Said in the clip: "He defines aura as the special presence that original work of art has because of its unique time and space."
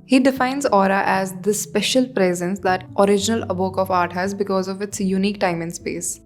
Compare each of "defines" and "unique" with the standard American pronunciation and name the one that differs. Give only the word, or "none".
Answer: none